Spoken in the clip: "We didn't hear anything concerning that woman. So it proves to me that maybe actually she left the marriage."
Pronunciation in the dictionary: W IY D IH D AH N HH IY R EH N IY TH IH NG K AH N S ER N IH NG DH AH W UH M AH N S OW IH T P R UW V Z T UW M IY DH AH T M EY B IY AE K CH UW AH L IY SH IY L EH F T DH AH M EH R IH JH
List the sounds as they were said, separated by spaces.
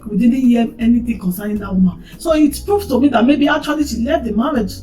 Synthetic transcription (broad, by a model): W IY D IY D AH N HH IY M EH N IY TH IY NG K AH N S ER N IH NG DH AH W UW M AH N S OW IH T P R UW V T UW M IY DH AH T M EY B IY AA K CH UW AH L IY SH IY L EH T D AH M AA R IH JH